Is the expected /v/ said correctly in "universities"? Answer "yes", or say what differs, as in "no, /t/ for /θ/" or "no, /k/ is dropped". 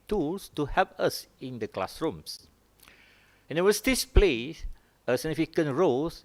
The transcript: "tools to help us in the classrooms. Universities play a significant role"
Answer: no, /w/ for /v/